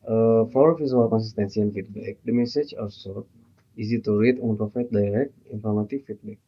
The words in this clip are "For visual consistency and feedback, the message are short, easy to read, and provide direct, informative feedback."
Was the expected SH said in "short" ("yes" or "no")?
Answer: no